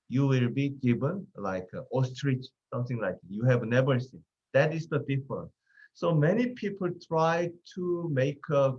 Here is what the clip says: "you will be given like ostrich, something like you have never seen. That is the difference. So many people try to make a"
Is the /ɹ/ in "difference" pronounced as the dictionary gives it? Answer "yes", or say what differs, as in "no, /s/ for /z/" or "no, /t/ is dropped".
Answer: no, /ɹ/ is dropped